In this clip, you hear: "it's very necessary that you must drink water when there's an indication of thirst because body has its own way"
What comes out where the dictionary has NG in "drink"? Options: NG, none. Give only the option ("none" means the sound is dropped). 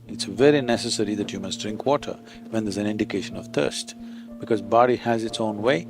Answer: NG